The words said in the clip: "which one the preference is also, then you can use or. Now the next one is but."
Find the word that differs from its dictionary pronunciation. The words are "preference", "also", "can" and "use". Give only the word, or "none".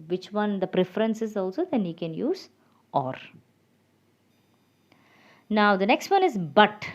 none